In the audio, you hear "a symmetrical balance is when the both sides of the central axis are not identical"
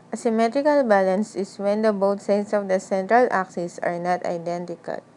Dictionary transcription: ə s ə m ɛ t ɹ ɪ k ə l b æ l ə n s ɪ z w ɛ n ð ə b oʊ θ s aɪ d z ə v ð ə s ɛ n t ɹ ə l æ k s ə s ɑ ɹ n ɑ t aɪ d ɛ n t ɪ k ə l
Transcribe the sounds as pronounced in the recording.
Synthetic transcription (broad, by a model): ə s ə m ɛ t ɹ ɪ k ə l b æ l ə n s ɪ s w ɛ n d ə b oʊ t s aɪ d s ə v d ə s ɛ n t ɹ ə l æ k s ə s ɑ ɹ n ɑ t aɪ d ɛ n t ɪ k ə l